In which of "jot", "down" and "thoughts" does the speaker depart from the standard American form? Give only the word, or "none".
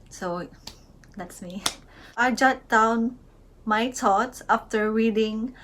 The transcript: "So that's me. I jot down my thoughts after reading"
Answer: thoughts